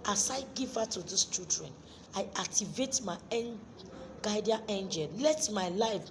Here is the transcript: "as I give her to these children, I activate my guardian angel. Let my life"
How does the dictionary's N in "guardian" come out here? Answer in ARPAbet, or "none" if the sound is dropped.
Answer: none